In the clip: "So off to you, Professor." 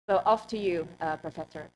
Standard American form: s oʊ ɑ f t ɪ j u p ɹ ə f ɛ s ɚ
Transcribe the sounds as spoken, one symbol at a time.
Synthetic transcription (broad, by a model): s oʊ ɑ f t ɪ j u p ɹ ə f ɛ s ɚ